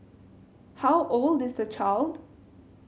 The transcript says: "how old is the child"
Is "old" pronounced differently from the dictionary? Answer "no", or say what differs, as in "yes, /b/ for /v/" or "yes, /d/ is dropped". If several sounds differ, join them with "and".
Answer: no